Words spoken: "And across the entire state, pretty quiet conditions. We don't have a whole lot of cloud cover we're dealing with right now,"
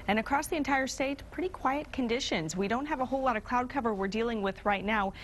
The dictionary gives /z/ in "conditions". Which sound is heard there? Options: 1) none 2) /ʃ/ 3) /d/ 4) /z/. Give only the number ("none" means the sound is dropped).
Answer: 4